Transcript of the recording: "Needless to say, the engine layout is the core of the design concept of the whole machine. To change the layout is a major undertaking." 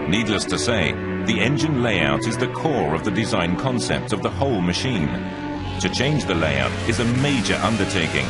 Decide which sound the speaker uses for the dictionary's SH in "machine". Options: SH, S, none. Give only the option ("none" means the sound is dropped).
SH